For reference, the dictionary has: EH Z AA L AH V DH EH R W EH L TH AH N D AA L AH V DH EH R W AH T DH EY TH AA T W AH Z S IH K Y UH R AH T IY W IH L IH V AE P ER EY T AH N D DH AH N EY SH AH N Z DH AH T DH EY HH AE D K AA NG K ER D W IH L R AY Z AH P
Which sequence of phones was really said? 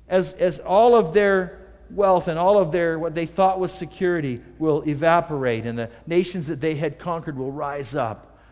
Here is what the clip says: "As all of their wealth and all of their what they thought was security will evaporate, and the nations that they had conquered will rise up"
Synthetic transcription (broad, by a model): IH Z AA L AH V DH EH R W EH L TH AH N AA L AH V DH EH R W AH T DH EY TH AA T W AH Z S IH K Y UH R AH T IY W IH L IH V AE P ER EY T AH N DH AH N EY SH AH N Z DH AH T DH EY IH D K AA NG K ER D W IH L R AY Z AH P